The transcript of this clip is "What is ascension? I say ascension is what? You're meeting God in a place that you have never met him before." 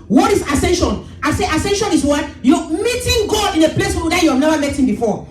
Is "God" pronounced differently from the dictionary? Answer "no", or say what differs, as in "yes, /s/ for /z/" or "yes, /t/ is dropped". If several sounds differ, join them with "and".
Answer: yes, /d/ is dropped